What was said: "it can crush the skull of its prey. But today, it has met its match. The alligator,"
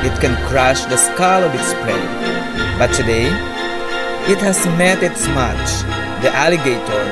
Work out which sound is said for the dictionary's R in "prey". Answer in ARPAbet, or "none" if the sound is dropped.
L